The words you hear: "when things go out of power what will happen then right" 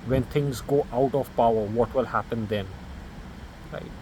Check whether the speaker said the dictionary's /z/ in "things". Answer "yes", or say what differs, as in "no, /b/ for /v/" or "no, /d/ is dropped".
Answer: yes